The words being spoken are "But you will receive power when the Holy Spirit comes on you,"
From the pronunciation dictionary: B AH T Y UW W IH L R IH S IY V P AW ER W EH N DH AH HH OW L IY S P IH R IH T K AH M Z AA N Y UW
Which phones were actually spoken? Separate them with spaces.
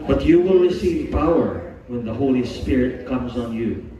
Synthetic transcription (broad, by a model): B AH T Y UW W IH L R IH S IY V P AW ER W EH N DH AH HH OW L IY S P IH R IH T K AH M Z AA N Y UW